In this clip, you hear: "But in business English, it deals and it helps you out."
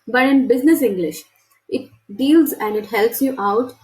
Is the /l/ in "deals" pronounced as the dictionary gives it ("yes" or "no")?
yes